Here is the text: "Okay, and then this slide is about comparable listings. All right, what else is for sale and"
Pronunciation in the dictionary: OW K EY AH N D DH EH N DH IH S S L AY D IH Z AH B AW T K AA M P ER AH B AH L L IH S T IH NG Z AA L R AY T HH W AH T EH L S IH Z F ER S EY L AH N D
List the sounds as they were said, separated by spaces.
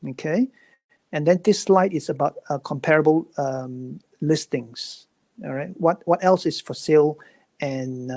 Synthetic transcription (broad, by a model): OW K EY AH N D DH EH N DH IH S S L AY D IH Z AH B AW T K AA M P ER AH B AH L L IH S T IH NG S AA R AY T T W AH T EH L S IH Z F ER S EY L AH N